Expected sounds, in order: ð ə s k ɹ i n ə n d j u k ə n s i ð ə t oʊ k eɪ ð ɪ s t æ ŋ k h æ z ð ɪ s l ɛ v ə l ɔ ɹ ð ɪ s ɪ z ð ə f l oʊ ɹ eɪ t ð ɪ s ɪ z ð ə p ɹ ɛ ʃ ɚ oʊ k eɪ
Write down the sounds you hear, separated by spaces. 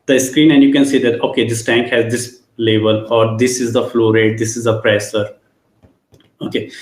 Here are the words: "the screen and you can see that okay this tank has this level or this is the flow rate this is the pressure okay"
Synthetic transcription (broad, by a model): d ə s k ɹ i n ə n d j u k ə n s i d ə t oʊ k eɪ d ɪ s t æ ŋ k h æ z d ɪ s l ɛ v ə l ɔ ɹ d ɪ s ɪ z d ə f l oʊ ɹ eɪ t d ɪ s ɪ z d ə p ɹ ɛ s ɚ oʊ k eɪ